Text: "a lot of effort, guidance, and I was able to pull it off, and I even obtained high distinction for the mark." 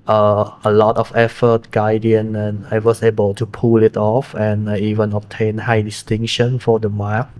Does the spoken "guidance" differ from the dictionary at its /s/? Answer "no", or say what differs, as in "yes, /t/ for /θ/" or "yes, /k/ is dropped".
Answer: yes, /s/ is dropped